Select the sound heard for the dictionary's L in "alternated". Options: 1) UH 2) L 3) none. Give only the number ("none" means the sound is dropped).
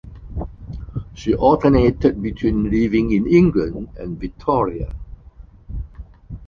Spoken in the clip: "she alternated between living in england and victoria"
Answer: 3